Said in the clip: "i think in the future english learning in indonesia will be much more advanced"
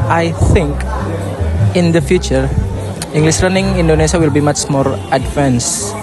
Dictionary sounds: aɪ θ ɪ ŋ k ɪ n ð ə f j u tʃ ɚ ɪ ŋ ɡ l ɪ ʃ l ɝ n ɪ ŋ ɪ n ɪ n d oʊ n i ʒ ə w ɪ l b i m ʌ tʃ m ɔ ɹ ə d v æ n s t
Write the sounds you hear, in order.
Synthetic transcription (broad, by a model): aɪ θ ɪ ŋ k ɪ n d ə f j u tʃ ɚ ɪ ŋ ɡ l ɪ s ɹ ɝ n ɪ ŋ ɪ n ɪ n d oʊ n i s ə w ɪ l b i m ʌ tʃ m ɔ ɹ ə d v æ n s